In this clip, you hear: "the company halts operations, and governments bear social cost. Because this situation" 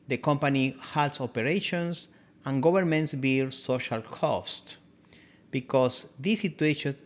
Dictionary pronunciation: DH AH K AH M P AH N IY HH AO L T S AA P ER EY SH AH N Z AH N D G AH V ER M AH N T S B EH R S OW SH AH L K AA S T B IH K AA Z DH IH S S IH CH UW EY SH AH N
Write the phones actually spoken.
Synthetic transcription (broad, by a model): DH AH K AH M P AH N IY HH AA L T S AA P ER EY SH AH N S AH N G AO B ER M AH N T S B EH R S OW SH AH L K AA S T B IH K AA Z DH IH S S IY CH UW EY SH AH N